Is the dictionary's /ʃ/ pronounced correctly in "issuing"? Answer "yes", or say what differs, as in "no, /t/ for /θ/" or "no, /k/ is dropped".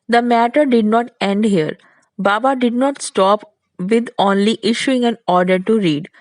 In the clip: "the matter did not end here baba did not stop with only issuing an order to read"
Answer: yes